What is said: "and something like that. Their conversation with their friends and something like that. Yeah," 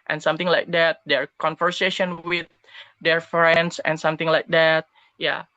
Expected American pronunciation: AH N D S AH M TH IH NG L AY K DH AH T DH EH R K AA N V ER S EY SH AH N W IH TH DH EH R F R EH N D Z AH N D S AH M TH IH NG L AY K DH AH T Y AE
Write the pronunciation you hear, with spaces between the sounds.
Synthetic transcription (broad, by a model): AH N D S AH M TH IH NG L AY K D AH T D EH R K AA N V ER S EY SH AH N W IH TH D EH R F R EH N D S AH N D S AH M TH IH NG L AY K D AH T Y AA